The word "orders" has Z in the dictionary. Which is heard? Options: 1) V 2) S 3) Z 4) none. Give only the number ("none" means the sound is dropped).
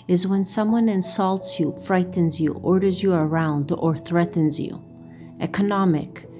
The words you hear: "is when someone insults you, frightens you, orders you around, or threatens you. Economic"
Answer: 3